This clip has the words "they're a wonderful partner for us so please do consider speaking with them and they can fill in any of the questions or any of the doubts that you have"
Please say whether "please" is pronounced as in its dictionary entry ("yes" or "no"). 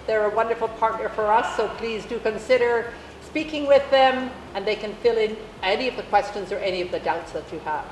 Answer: yes